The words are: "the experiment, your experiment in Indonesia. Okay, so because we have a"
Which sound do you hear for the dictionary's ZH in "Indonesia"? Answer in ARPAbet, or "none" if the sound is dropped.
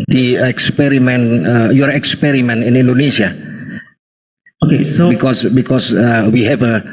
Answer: S